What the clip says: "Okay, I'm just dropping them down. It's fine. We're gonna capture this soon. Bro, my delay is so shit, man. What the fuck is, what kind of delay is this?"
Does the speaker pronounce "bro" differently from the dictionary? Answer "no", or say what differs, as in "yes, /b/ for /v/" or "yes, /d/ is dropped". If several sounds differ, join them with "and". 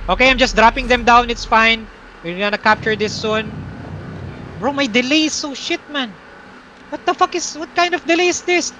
no